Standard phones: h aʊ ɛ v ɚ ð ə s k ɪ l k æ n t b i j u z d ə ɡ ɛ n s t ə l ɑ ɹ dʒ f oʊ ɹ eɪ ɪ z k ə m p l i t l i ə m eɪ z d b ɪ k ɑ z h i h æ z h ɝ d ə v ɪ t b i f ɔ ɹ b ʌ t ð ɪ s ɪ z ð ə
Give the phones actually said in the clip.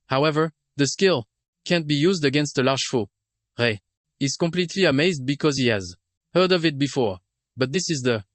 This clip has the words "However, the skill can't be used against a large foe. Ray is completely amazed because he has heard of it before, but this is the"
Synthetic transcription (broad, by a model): h aʊ ɛ v ɚ ð ə s k ɪ l k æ n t b i j u z d ə ɡ ɛ n s t ə l ɑ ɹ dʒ f oʊ ɹ eɪ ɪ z k ə m p l i t l i ə m eɪ z d b ɪ k ɑ z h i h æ z h ɝ d ə v ɪ t b i f ɔ ɹ b ʌ t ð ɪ s ɪ z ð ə